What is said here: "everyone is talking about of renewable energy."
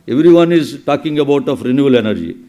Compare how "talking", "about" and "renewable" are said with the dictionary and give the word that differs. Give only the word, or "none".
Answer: renewable